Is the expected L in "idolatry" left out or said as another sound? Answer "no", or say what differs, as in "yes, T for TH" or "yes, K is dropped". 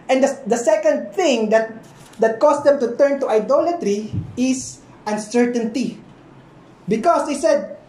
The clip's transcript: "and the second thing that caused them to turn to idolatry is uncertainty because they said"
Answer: no